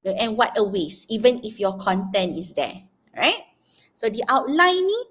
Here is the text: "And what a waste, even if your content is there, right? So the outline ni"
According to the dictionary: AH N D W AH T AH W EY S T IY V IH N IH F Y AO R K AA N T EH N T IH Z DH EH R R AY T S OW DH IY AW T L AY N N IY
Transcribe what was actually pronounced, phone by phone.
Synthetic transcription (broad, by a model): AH N W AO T AH W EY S IY V IH N IH F Y AO K AA N T EH N T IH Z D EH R R AY T S OW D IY AW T L AY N N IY